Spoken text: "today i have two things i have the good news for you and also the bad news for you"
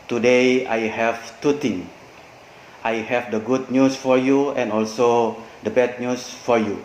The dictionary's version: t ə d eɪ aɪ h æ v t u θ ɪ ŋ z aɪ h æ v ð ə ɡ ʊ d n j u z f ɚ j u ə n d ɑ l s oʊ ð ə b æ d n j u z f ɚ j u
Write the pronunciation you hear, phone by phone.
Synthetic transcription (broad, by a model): t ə d eɪ aɪ h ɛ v t u t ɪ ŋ aɪ h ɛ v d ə ɡ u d n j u s f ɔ j u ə n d ɑ l s oʊ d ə b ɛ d n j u s f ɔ j u